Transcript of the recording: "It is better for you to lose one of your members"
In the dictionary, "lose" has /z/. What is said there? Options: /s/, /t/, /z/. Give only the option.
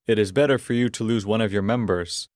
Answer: /z/